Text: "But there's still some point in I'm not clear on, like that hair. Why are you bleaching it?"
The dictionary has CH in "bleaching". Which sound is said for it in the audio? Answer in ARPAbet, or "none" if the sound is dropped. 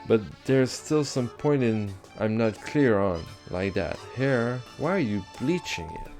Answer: CH